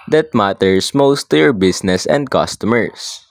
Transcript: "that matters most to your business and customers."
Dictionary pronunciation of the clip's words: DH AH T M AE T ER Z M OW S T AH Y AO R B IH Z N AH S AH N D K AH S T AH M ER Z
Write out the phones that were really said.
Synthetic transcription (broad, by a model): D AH T M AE T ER S M OW S T Y AO R B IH S N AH S AH N D K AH S T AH M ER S